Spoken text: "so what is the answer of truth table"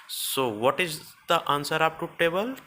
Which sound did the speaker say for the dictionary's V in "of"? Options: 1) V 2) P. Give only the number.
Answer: 2